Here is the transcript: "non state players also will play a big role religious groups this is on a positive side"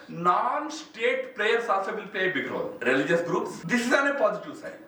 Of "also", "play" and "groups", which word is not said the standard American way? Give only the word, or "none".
also